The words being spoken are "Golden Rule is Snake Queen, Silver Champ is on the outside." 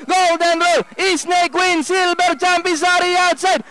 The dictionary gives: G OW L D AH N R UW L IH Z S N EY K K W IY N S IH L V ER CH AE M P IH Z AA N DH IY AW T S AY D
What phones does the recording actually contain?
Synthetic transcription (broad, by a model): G OW L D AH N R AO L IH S N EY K K W IY N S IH L B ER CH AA M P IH S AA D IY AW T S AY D